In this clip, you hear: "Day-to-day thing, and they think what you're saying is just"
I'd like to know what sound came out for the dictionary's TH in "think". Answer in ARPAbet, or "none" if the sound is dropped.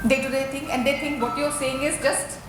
T